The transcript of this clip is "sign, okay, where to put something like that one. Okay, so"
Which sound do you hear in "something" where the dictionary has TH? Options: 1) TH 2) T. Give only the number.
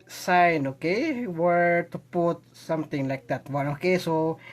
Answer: 2